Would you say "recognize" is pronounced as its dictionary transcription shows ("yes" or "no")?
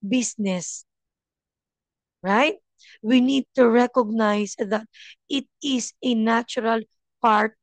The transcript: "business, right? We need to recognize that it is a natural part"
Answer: no